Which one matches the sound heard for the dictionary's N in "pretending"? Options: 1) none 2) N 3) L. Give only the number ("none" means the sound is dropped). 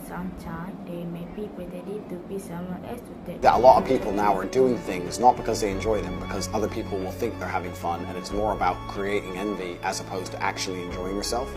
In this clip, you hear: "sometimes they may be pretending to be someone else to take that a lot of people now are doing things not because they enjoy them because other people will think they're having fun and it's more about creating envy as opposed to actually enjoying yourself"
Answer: 1